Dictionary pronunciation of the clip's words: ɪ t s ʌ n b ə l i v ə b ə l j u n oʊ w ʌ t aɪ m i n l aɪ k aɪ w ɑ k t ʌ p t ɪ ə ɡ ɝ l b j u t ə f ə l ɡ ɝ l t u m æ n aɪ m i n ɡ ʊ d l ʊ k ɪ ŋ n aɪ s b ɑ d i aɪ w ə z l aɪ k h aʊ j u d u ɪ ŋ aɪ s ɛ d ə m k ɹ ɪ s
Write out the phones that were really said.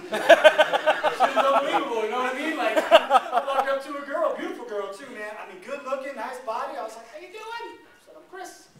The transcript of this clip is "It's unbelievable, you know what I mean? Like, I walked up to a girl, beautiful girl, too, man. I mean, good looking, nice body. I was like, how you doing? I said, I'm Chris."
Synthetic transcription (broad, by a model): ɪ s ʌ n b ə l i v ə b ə l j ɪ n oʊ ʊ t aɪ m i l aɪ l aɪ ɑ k ʌ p t ɪ ə ɡ ɝ l b j u t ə f l ɡ ɝ l t u m æ n aɪ m i n ɡ ʊ d l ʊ k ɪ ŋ n aɪ s b ɑ d i aɪ w ə z l aɪ k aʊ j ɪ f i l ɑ ə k k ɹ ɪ s